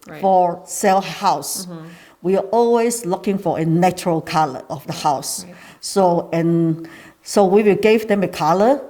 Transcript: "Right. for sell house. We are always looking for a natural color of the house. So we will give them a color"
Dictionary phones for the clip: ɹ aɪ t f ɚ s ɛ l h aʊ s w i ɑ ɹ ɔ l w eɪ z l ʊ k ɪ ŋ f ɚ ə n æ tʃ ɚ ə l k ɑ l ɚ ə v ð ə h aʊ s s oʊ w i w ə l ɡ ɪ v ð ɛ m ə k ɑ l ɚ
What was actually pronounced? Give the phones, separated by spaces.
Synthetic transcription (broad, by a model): f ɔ s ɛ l h aʊ s w i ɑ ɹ ɔ l w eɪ s l ʊ k ɪ ŋ f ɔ ə n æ tʃ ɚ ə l k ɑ l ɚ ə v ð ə h aʊ s s oʊ w i w ə l ɡ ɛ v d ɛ m ə k ɑ l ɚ